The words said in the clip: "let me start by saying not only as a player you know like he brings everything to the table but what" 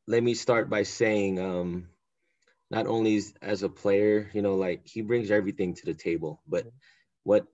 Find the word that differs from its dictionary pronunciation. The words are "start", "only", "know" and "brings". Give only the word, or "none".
none